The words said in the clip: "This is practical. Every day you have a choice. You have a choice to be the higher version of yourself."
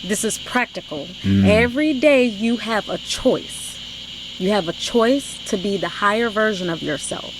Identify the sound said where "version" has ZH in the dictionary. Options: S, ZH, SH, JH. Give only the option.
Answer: ZH